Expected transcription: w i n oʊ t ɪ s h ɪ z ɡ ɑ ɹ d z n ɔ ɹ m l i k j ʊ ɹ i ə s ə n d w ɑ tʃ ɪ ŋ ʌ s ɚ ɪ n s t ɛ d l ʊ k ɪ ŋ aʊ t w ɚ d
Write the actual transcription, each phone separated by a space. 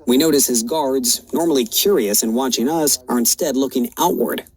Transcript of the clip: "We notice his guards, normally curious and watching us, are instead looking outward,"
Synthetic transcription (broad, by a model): w i n oʊ t ɪ s h ɪ z ɡ ɑ ɹ d z n ɔ ɹ m l i k j ʊ ɹ i ə s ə n w ɑ tʃ ɪ ŋ ʌ s ɚ ɪ n s t ɛ d l ʊ k ɪ ŋ aʊ t w ɚ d